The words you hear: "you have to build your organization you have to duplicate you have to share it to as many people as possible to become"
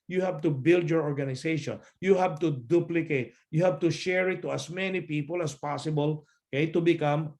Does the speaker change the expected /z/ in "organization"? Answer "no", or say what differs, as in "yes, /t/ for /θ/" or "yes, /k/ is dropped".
yes, /s/ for /z/